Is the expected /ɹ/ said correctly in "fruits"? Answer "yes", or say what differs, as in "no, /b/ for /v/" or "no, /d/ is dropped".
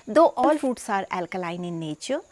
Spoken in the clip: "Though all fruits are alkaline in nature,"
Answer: no, /ɹ/ is dropped